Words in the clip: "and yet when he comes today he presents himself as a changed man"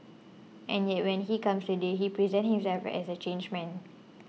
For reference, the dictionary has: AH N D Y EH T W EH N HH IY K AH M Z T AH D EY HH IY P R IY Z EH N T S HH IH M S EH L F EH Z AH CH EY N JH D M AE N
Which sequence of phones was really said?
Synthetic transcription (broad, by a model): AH N Y EH T W EH N HH IY K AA M S T AH D EY HH IY P R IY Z EH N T HH IH M S EH L F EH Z AH CH EY N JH M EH N